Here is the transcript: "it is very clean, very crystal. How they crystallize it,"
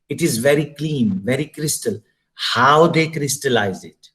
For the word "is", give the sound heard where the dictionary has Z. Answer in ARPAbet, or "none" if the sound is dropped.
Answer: Z